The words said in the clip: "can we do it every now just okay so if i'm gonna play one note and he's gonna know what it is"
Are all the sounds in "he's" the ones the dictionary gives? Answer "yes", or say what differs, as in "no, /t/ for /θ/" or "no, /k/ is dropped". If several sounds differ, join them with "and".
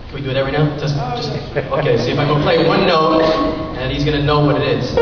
yes